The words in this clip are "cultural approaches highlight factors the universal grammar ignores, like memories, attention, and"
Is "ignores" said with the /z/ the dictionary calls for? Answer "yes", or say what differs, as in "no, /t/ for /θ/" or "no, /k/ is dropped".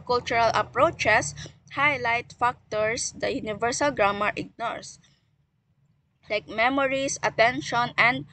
no, /s/ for /z/